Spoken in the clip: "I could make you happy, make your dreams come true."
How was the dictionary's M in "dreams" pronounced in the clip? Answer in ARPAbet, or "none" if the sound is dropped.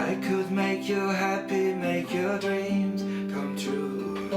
M